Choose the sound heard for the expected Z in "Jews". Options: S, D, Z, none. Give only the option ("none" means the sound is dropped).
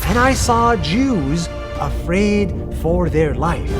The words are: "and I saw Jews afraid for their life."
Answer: Z